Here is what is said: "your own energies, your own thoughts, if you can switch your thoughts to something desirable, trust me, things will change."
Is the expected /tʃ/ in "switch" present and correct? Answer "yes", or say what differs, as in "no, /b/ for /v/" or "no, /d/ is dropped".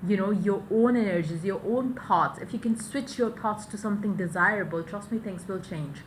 yes